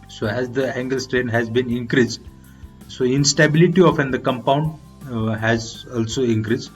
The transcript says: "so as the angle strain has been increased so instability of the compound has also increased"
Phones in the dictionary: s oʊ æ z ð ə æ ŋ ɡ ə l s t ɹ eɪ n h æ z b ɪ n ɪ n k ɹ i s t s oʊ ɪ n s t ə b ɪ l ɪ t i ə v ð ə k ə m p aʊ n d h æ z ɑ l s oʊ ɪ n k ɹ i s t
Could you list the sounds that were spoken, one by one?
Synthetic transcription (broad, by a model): s oʊ æ z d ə æ ŋ ɡ ə l s t ɹ eɪ n h æ z b ɪ n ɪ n k ɹ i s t s oʊ ɪ n s t ə b ɪ l ɪ t i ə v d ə k ə m p aʊ n d h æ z ɑ l s oʊ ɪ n k ɹ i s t